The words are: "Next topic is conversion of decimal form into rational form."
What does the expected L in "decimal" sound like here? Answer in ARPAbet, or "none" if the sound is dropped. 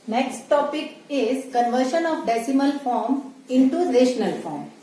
L